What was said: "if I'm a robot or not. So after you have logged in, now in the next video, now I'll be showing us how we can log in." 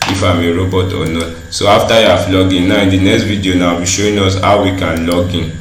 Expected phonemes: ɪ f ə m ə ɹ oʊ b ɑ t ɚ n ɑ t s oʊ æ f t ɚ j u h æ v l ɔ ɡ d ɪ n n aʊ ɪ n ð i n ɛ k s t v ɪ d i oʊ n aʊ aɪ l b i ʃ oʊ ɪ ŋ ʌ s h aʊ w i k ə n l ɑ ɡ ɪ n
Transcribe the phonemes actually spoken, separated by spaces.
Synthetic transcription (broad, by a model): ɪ f ə m ə ɹ oʊ b ɑ t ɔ n ɑ t s oʊ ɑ f t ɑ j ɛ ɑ f l ɔ ɡ ɪ n n aʊ ɪ n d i n ɛ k s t v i d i oʊ n aʊ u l b i ʃ oʊ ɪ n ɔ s h aʊ w i k ə n l ɑ ɡ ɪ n